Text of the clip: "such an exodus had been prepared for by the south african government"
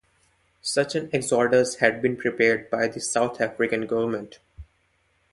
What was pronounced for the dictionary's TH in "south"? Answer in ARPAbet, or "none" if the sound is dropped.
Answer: T